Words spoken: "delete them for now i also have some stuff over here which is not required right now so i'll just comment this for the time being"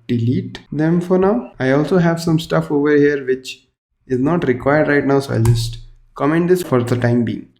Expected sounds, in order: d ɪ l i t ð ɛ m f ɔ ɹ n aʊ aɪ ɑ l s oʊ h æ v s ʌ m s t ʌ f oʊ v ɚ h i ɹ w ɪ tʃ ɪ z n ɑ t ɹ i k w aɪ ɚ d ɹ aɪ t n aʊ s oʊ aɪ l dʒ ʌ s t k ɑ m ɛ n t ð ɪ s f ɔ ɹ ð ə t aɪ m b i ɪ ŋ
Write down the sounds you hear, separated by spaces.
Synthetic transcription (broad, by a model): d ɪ l i t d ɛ m f ɔ ɹ n aʊ aɪ ɑ l s oʊ h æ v s ʌ m s t ʌ f oʊ v ɚ h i ɹ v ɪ tʃ ɪ z n ɑ t ɹ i k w aɪ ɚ d ɹ aɪ t n aʊ s oʊ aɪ dʒ ʌ s t k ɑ m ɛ n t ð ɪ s f ɔ ɹ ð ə t aɪ m b i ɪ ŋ